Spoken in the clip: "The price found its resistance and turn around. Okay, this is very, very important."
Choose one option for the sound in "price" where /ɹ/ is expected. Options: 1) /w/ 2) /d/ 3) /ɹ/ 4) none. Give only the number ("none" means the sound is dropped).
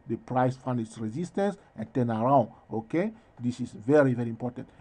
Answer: 3